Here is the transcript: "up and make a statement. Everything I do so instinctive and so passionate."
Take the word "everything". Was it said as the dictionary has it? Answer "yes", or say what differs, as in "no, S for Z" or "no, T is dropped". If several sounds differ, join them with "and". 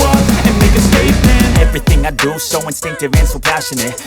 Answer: yes